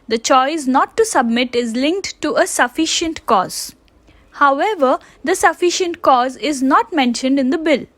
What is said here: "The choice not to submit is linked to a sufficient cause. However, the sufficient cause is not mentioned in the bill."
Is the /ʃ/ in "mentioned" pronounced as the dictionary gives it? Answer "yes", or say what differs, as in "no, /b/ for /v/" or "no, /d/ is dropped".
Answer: yes